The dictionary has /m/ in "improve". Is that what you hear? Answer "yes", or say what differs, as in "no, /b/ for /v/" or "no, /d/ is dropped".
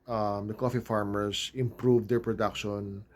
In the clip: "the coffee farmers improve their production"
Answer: yes